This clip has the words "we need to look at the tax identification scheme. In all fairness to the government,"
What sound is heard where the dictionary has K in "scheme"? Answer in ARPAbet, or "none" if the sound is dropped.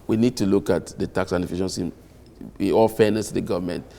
none